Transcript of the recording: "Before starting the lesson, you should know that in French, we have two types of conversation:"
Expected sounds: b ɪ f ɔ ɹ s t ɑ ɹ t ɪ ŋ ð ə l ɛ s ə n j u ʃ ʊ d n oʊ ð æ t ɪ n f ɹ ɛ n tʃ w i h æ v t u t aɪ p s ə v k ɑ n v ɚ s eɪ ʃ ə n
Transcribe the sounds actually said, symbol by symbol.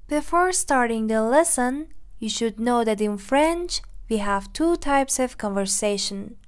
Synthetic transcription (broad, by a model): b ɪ f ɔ ɹ s t ɑ ɹ t ɪ ŋ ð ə l ɛ s ə n j u ʃ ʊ d n oʊ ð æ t ɪ n f ɹ ɛ n tʃ w i h æ v t u t aɪ p s ə v k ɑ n v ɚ s eɪ ʃ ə n